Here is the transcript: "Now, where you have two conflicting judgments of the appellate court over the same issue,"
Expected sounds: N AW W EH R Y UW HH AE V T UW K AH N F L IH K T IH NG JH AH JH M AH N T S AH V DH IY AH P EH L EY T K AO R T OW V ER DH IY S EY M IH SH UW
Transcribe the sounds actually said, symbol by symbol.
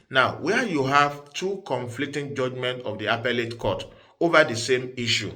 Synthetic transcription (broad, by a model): N AW W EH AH Y UW HH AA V T UW K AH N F L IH K T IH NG JH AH JH M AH N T AH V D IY AH P EH L EY T K AO T OW V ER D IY S EY M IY SH UW